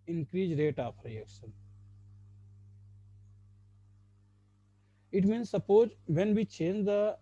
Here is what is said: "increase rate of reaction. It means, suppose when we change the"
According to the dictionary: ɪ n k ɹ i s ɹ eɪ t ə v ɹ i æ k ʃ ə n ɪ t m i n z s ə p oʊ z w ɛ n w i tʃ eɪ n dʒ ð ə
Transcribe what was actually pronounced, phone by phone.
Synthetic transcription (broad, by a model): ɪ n k ɹ i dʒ ɹ eɪ t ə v ɹ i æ k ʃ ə n ɪ t m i n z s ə p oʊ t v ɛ n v i tʃ eɪ n dʒ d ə